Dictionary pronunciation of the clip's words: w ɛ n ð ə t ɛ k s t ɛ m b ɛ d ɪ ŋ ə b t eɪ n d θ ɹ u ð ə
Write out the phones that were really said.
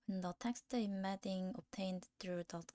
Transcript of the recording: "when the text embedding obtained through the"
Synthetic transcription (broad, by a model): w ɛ n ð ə t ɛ k s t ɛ m ɛ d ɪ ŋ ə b t eɪ n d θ ɹ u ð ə